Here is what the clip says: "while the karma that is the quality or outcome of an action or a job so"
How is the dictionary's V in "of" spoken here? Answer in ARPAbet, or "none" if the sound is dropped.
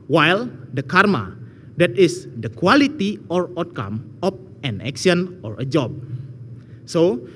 P